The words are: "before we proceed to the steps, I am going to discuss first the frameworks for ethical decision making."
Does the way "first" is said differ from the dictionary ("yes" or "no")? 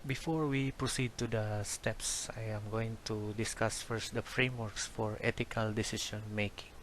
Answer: no